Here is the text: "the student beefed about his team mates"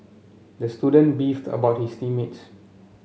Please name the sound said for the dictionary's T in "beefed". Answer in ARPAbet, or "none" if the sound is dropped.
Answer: T